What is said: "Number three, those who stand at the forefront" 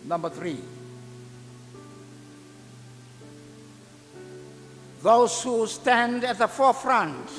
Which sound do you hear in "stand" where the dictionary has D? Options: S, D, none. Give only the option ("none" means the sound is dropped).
D